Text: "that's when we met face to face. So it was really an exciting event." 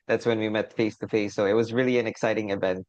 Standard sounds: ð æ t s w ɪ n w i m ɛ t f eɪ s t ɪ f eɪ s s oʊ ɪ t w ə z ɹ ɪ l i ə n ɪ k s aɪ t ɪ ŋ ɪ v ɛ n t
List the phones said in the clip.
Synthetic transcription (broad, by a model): ð æ t s w ɪ n w i m ɛ t f eɪ s t ɪ f eɪ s s oʊ ɪ t w ə z ɹ ɪ l i ə n ɪ k s aɪ t ɪ ŋ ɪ v ɛ n t